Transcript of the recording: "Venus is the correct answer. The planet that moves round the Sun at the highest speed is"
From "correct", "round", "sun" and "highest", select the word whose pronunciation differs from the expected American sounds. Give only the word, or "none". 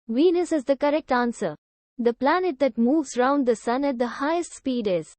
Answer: none